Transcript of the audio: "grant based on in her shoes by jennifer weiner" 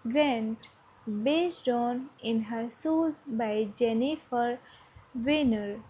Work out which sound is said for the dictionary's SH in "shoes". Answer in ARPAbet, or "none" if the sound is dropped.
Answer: S